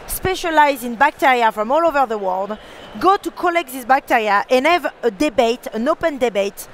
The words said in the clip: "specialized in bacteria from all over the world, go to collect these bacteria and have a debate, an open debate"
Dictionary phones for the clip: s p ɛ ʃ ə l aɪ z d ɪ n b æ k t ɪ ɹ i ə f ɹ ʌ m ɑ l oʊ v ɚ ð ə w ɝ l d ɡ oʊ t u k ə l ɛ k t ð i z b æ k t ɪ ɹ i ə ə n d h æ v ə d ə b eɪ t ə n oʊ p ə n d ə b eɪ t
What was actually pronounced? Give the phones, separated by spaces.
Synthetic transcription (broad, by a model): s p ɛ ʃ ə l aɪ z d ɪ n b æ k t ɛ ɹ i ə f ɹ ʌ m ɑ l oʊ v ɚ ð ə w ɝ l d ɡ oʊ t u k ə l ɛ k t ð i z b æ k t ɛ ɹ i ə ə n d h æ v ə d ə b eɪ t ə n oʊ p ə n d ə b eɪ t